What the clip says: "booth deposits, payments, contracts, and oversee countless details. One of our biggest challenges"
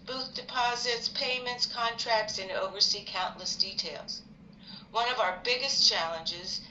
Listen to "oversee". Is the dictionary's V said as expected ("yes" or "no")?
yes